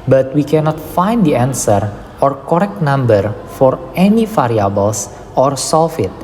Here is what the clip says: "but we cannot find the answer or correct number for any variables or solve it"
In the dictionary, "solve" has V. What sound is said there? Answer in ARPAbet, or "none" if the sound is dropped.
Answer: F